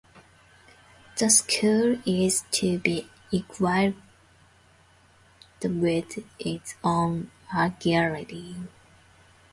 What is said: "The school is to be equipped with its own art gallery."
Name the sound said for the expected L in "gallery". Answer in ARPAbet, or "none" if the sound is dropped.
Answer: none